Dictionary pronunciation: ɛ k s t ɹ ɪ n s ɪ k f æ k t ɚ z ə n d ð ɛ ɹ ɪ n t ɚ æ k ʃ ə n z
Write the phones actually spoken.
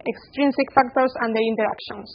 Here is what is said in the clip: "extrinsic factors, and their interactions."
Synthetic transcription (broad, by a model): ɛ k s t ɹ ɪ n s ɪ k f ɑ k t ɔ s ə n d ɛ ɹ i n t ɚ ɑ k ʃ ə n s